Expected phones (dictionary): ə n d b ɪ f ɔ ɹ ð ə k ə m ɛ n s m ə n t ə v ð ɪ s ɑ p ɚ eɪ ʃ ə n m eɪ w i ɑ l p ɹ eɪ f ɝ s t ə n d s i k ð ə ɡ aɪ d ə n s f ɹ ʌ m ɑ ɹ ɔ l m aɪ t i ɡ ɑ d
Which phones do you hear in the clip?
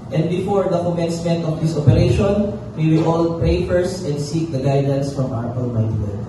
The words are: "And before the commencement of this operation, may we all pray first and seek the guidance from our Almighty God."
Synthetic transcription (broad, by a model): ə n d b ɪ f ɔ ɹ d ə k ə m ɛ n s m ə n t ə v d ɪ s ɑ p ɚ eɪ ʃ ə n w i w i ɑ l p eɪ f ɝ s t ə n d s i k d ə ɡ aɪ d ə n s f ɹ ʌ m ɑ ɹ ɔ n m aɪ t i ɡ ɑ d